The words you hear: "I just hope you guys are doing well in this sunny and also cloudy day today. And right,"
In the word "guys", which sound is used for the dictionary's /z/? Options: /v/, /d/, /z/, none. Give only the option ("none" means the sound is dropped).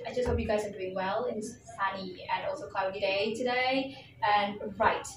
/z/